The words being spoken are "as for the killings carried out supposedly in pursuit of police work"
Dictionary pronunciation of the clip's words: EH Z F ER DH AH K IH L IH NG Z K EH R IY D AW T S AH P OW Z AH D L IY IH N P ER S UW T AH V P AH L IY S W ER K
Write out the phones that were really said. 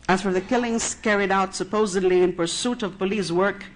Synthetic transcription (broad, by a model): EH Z F ER DH AH K IH L IH NG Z K EH R IY D AW T S AH P OW Z AH D L IY IH N P ER S UW T AH V P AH L IY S W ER K